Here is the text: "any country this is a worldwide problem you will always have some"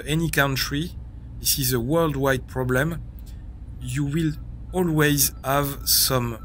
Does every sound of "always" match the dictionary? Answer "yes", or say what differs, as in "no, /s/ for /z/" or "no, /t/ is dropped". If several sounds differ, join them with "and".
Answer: yes